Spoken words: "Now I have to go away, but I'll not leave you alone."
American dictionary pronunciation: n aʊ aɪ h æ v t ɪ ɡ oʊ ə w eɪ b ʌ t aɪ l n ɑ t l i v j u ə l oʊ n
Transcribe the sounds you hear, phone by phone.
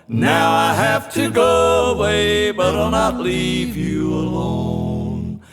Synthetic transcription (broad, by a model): n aʊ aɪ h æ f t ɪ ɡ oʊ ə w eɪ b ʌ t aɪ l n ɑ t l i v j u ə l oʊ n